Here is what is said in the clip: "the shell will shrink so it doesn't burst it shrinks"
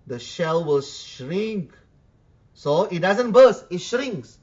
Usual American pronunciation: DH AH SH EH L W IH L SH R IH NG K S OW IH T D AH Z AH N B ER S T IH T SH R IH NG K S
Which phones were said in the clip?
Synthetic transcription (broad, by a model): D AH SH EH L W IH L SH R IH NG K S OW IH T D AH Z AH N B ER S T IH T SH R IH NG K S